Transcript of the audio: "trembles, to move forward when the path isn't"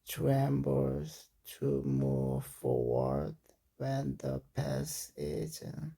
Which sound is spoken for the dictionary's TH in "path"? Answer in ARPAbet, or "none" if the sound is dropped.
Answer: S